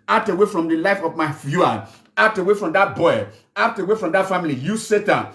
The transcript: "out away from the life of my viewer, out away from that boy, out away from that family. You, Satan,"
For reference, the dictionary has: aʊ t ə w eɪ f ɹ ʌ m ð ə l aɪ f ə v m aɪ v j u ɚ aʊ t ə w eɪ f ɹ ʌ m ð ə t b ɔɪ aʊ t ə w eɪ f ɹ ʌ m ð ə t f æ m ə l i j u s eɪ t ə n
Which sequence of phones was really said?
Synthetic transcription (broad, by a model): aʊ t ə w eɪ f ɹ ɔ m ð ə l aɪ f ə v m aɪ f j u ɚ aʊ t ə w eɪ f ɹ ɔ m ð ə t b ɔɪ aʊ t ə w eɪ f ɹ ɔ m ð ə t f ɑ m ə l i j u s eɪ t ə n